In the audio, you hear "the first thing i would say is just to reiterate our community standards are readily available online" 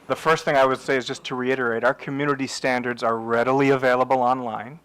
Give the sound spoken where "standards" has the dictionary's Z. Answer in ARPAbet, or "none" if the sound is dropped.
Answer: Z